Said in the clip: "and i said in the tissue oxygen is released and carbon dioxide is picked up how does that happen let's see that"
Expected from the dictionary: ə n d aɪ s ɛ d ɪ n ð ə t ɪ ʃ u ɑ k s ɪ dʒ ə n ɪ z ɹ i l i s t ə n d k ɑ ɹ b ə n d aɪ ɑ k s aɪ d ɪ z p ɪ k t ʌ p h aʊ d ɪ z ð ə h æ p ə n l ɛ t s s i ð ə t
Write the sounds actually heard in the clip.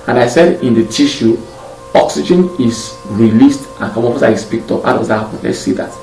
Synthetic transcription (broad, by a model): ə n aɪ s ɛ d ɪ n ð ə t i ʃ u ɑ k s ɪ dʒ ə n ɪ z ɹ i l i s t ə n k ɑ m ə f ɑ s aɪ ɪ s p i k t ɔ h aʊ d ɪ z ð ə h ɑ p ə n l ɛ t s s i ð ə t